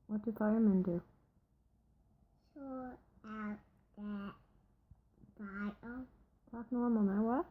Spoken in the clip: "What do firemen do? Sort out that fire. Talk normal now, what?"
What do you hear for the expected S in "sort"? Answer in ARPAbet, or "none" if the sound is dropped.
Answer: SH